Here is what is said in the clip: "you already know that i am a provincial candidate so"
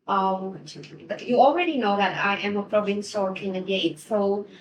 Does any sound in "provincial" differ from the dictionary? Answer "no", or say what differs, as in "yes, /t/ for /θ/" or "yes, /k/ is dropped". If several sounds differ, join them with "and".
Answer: yes, /s/ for /ʃ/